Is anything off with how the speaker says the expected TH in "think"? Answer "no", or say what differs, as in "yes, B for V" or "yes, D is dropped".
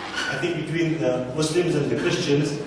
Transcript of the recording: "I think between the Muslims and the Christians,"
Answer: yes, T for TH